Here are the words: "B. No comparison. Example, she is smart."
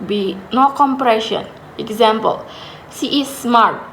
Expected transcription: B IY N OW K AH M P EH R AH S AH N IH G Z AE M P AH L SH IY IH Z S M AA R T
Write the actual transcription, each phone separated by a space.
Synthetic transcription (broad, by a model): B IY N OW K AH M P R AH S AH N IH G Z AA M P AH L S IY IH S M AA R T